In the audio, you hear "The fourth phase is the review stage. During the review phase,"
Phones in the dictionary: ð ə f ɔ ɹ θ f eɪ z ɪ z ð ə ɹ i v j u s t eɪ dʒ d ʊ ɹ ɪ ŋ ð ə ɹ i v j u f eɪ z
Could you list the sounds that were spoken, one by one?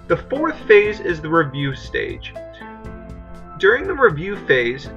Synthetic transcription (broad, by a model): ð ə f ɔ ɹ θ f eɪ z ɪ z ð ə ɹ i v j u s t eɪ dʒ d ʊ ɹ ɪ ŋ ð ə ɹ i v j u f eɪ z